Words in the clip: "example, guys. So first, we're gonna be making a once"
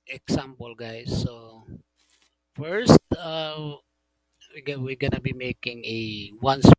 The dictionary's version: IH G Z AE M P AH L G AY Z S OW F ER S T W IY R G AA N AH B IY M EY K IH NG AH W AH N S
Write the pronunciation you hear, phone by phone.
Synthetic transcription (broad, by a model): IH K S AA M P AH L G AY S OW F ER S T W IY W G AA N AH B IY M EY K IH NG AH W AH N S